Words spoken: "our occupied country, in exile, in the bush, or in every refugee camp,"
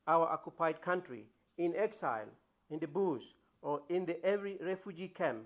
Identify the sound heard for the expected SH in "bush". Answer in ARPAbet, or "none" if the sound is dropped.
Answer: S